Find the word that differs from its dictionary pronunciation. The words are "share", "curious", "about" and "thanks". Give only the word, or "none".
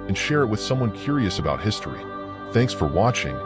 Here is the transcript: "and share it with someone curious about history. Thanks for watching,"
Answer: none